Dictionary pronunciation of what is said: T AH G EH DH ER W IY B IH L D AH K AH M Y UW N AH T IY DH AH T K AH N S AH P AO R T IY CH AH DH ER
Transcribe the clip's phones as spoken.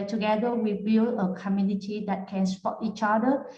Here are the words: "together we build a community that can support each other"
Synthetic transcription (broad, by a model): T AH G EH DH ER W IY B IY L AH K AH M Y UW N AH T IY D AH T K AH N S P AO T IY CH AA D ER